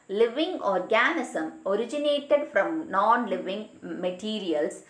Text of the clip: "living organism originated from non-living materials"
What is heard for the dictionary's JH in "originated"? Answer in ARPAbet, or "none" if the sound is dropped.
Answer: JH